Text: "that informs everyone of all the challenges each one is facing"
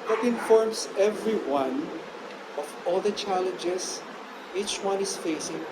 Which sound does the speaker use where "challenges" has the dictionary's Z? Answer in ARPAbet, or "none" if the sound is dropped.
S